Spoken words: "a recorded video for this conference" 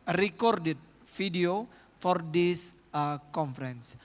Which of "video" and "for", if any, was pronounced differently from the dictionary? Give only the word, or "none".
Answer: video